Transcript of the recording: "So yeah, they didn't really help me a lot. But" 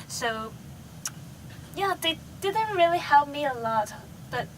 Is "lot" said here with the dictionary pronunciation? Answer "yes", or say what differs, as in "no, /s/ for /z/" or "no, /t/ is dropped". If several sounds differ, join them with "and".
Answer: yes